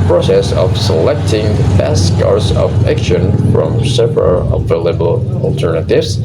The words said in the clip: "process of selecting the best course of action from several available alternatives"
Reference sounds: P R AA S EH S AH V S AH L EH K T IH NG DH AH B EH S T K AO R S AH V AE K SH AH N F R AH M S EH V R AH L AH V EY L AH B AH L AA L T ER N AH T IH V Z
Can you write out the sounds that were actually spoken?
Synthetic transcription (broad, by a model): P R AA S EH S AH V S AH L EH K T IH NG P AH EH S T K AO R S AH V AE K SH AH N F R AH M S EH P R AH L AH V EY L AH B AH L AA L T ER N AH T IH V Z